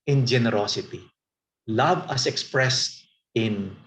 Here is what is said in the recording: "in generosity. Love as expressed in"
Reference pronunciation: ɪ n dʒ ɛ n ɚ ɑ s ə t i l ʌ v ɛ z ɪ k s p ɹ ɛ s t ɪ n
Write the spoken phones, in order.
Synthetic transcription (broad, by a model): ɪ n dʒ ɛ n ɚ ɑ s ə t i l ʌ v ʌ s ɪ k s p ɹ ɛ s t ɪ n